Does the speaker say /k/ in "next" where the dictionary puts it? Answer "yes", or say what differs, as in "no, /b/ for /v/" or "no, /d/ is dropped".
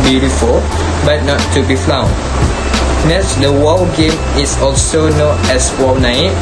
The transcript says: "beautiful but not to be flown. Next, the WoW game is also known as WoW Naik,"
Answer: no, /k/ is dropped